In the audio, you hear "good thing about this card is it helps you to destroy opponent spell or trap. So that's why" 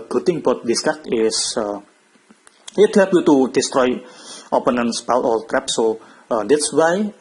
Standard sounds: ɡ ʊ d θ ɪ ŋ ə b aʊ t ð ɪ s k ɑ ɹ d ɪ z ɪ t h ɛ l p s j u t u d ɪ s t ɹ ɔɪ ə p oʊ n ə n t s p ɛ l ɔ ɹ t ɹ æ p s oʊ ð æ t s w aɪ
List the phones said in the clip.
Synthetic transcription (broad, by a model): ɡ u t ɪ ŋ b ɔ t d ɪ s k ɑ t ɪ s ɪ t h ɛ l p j u t u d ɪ s t ɹ ɔɪ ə p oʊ n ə n s p ɛ l ɔ l t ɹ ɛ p s oʊ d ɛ t s w aɪ